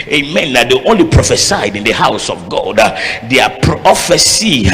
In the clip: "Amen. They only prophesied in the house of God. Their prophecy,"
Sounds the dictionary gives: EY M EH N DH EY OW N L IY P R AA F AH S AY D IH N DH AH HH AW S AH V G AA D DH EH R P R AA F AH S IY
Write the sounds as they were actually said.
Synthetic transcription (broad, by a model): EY M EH N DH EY OW N L IY P R AA F AH S AY D IH N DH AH HH AW S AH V G AA D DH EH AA P R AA F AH S IY